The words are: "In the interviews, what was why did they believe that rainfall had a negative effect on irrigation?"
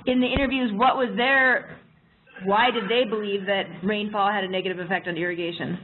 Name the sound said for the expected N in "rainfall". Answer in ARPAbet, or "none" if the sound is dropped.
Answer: N